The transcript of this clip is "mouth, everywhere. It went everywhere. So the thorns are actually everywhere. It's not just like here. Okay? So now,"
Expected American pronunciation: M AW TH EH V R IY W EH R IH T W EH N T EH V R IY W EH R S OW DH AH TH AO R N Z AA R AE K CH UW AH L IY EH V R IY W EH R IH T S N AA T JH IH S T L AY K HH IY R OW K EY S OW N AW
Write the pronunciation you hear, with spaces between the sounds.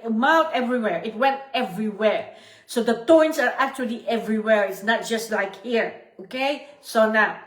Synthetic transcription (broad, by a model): M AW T EH V R IY W EH R IH T W EH N T EH V R IY W EH R S OW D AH T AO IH N S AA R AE K CH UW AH L IY EH V R IY W EH R IH T S N AA T JH IH S T L AY K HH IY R OW K EY S OW N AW